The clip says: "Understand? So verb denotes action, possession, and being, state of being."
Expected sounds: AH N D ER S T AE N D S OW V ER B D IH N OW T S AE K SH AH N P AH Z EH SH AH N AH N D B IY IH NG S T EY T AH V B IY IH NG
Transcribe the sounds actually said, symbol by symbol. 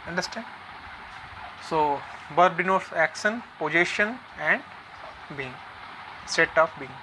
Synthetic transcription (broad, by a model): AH N D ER S T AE N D S OW B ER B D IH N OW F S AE K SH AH N P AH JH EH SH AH N AH N D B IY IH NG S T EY T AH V B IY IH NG